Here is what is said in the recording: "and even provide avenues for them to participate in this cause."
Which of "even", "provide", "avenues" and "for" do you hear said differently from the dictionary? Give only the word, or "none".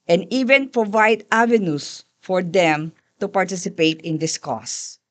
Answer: avenues